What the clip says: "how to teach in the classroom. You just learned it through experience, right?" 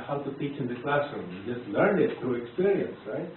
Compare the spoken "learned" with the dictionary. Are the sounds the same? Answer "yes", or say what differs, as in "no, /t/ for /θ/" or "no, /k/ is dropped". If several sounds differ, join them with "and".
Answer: no, /d/ is dropped